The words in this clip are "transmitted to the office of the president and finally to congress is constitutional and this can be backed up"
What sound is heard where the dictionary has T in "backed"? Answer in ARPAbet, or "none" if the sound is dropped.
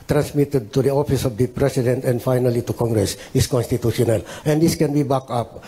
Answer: none